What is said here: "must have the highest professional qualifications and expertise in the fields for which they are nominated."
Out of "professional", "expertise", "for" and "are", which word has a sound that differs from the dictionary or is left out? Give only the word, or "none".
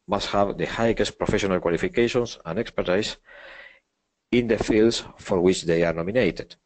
expertise